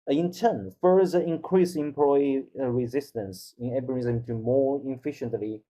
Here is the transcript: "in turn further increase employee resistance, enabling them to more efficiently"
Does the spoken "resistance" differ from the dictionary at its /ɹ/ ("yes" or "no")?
no